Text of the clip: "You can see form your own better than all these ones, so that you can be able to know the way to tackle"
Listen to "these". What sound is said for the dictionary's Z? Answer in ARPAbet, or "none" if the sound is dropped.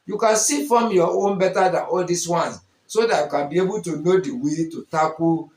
S